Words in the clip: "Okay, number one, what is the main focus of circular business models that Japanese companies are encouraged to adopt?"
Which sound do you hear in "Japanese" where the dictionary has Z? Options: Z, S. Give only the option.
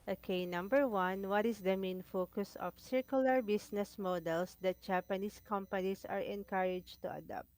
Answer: S